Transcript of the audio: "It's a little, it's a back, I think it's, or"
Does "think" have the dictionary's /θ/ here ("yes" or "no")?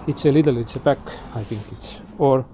no